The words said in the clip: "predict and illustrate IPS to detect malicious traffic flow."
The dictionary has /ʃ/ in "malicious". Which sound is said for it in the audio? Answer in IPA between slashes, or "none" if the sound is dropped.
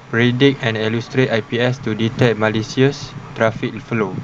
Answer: /s/